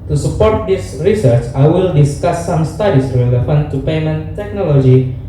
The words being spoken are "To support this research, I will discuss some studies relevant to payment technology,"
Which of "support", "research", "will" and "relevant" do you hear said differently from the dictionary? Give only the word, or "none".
relevant